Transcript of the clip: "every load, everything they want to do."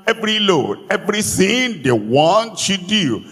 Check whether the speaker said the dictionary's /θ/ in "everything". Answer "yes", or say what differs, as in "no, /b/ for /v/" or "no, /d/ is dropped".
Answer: no, /s/ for /θ/